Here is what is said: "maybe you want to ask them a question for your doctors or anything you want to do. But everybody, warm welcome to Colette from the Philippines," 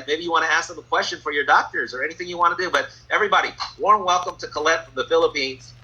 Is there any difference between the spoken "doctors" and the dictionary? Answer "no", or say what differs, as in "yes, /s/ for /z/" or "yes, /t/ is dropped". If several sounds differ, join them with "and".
no